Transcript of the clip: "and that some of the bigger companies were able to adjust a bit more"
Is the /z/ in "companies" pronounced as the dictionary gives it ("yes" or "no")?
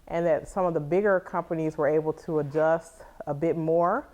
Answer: yes